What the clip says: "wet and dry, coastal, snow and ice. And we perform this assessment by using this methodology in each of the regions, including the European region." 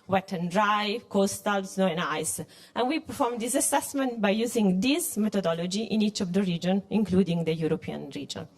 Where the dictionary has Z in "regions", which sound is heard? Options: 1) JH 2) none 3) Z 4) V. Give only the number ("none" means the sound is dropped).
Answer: 2